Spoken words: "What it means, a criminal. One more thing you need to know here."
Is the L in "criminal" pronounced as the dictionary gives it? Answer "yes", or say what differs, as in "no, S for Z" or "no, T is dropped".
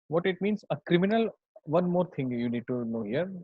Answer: yes